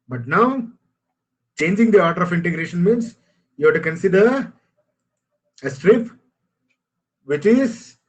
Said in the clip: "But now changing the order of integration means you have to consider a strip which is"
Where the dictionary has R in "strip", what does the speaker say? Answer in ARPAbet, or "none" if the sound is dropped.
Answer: R